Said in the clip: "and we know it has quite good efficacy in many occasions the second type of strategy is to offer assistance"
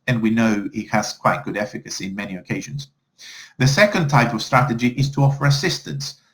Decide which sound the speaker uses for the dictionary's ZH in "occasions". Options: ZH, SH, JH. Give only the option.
ZH